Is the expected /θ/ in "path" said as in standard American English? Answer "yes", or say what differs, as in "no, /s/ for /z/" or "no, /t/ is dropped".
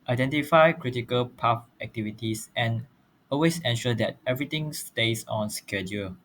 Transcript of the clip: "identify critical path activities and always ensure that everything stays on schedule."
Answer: no, /f/ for /θ/